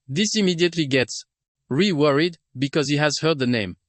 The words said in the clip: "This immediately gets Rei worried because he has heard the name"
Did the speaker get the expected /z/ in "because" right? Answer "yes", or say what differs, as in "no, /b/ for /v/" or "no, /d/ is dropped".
yes